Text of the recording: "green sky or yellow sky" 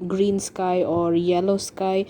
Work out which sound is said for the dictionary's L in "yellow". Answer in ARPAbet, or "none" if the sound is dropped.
L